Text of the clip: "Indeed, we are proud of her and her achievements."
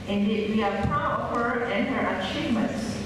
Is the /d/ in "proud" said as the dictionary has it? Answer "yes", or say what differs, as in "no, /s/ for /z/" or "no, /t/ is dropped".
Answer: no, /d/ is dropped